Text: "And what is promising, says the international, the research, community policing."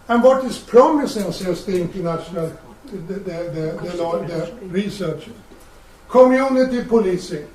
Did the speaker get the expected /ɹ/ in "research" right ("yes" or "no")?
no